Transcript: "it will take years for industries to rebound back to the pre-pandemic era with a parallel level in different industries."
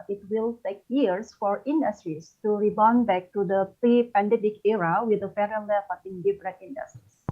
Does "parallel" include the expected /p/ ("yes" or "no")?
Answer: no